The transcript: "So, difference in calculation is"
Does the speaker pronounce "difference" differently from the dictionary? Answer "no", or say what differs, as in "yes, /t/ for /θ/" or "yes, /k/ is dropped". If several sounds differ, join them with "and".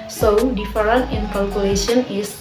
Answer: yes, /s/ is dropped